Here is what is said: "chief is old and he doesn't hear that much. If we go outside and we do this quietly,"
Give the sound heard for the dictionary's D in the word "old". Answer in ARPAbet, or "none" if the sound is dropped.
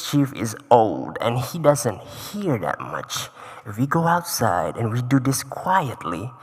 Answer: D